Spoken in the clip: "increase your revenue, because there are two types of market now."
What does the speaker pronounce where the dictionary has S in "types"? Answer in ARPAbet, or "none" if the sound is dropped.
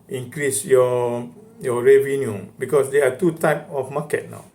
none